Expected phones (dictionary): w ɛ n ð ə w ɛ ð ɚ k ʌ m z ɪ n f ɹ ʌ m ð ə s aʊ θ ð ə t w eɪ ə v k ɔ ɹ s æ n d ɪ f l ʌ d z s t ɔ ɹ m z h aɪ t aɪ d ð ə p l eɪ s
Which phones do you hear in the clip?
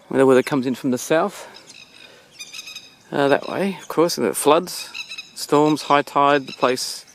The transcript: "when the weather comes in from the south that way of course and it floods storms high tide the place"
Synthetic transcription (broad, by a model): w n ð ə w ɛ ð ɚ k ʌ m z ɪ n f ɹ ʌ m ð ə s aʊ θ ð ə t w eɪ ə v k ɔ ɹ s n ɪ f l ʌ d z s t ɔ ɹ m z h aɪ t aɪ d ð ə p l eɪ s